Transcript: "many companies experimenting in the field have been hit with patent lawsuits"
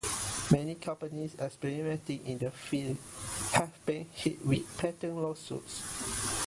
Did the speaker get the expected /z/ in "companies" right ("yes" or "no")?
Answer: no